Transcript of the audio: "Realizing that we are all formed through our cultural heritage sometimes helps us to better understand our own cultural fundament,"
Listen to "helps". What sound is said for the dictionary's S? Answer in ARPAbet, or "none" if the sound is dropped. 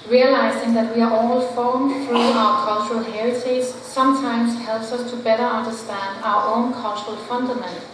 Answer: S